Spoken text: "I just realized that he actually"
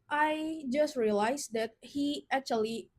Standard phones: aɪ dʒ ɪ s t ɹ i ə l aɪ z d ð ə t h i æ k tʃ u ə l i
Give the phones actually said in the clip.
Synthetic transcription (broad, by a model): aɪ dʒ ɪ s t ɹ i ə l aɪ s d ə t h i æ k tʃ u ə l i